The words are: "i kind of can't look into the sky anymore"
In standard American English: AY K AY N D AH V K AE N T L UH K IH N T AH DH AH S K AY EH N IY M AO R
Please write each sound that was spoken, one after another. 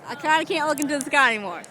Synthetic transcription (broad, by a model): AY K AY N D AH K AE N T L UH K IH N T AH DH AH S K AY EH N IY M AO R